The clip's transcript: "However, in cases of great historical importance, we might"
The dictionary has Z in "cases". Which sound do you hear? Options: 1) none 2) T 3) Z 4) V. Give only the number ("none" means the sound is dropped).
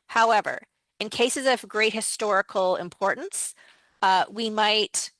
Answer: 3